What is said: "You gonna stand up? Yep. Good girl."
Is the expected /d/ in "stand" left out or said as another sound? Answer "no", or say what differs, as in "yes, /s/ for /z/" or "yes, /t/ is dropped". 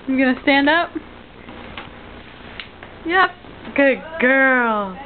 no